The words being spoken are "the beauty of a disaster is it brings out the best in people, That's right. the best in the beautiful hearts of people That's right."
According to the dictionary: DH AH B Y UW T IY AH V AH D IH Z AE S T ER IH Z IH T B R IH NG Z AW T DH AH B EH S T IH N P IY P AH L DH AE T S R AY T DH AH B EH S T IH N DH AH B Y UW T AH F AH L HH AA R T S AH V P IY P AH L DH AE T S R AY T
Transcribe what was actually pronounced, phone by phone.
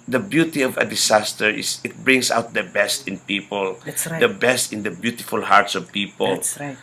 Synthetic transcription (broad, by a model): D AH B Y UW T IY AH V AH D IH S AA S T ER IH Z IH T B R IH NG S AW T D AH B EH S T IH N P IY P AH L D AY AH B EH S T IH N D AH B Y UW T AH F AH L HH AA R T S AH V P IY P AH L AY